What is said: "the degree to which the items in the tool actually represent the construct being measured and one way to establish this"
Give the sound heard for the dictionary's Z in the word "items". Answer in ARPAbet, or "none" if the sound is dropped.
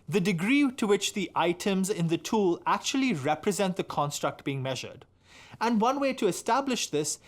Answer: Z